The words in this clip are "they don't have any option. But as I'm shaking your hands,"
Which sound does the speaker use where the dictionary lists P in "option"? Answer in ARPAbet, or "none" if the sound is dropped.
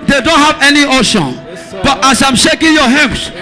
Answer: none